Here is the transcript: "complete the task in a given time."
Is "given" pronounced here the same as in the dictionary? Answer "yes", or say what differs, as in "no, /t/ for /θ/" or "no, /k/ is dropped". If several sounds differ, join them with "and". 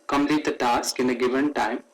yes